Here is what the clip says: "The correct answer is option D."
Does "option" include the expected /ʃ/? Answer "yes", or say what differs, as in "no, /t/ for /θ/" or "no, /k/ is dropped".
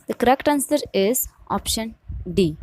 yes